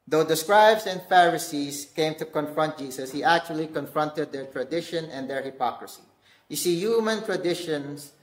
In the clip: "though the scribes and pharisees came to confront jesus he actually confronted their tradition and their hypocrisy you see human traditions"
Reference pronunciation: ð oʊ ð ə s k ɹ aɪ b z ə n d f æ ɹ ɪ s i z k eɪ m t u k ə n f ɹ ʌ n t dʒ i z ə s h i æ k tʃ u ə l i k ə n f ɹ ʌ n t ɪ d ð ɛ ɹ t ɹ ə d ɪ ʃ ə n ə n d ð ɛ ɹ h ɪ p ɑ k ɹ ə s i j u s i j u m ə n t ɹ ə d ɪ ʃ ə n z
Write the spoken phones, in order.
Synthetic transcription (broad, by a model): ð oʊ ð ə s k ɹ aɪ b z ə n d f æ ɹ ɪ s i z k eɪ m t u k ə n f ɹ ʌ n t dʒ i s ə s h i æ k tʃ u ə l i k ə n f ɹ ʌ n t ɪ d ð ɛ ɹ t ɹ ə d ɪ ʃ ə n ə n d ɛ ɹ h ɪ p ɑ k ɹ ə s i j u s i j u m ə n t ɹ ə d ɪ ʃ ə n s